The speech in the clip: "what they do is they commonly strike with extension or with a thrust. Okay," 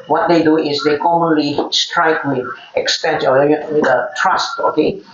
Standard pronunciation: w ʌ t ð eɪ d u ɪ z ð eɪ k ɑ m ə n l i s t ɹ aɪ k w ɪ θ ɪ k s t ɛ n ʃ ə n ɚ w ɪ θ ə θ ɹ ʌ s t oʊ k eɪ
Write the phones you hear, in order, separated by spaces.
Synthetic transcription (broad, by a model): w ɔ t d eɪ d u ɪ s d eɪ k ɑ m ə n l i s t ɹ aɪ k w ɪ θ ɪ k s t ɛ n s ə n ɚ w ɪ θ ə t ɹ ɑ s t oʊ k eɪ